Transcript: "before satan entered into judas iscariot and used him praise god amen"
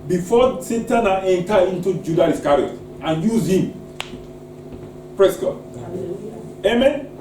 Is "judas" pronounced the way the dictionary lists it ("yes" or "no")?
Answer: no